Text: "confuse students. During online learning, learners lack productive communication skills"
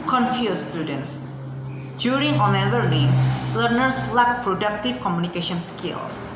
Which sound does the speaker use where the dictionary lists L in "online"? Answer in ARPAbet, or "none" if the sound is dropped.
none